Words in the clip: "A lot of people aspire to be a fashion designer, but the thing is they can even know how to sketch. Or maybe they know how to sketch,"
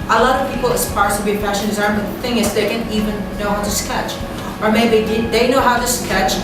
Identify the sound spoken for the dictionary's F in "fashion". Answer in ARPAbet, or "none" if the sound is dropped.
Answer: P